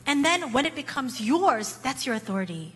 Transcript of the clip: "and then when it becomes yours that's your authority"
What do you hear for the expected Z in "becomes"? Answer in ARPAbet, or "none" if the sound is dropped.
Z